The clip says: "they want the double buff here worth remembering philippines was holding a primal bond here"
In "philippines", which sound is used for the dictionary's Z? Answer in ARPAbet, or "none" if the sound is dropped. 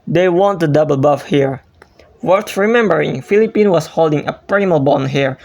none